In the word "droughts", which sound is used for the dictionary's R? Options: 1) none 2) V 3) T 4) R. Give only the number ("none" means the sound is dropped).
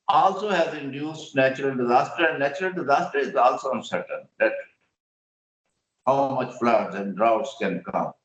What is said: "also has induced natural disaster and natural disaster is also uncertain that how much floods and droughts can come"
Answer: 4